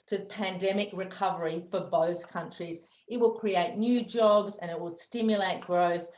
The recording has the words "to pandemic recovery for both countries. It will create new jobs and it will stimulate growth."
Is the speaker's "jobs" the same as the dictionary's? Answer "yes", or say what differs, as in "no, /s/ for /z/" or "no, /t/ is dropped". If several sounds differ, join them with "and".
yes